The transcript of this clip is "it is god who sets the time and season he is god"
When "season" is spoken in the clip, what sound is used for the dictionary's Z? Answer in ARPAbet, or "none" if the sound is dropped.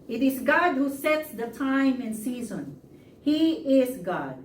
Z